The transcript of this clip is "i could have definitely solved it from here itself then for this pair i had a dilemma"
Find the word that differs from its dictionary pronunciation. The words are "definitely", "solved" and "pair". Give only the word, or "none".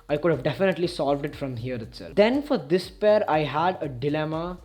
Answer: none